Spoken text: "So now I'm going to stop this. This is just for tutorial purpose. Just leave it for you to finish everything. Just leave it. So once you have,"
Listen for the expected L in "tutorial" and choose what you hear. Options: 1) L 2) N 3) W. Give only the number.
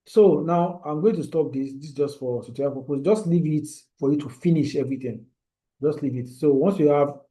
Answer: 2